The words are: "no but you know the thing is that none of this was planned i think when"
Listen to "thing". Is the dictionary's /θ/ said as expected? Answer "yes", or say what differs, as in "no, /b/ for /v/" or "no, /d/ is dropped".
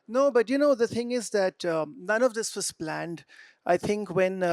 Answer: yes